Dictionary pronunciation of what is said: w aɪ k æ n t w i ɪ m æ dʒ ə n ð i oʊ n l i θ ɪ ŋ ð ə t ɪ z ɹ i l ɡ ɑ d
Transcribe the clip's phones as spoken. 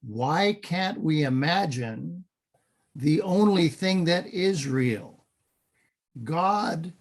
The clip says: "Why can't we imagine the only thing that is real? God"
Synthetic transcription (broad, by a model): w aɪ k æ n t w i ɪ m æ dʒ ə n ð i oʊ n l i θ ɪ ŋ ð ə t ɪ z ɹ i l ɡ ɑ d